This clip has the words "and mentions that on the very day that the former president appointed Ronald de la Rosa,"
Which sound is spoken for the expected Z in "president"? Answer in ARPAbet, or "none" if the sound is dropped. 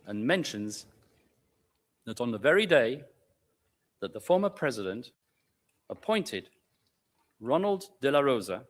Z